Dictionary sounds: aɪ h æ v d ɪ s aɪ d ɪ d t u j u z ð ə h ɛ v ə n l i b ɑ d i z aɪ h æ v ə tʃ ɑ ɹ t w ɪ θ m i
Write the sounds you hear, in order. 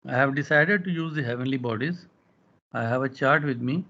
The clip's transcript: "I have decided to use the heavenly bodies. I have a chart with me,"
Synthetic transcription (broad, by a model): aɪ h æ v d ɪ s aɪ d ɪ d t u j u z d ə h ɛ v ə n l i b ɑ d i z aɪ h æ v ə tʃ ɑ ɹ t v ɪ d m i